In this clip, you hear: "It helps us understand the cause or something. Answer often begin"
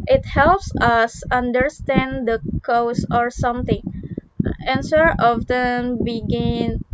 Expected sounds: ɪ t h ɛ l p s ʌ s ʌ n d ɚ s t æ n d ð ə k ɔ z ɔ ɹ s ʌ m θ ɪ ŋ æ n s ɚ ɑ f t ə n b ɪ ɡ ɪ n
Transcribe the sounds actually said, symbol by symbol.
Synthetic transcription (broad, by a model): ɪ t h ɛ l p s ʌ s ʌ n d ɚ s t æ n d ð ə k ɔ s ɔ ɹ s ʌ m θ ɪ ŋ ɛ n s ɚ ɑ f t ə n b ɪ ɡ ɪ n